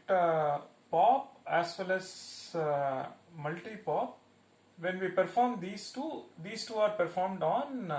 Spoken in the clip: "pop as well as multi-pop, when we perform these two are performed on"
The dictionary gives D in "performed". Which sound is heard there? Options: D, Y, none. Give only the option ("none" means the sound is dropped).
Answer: D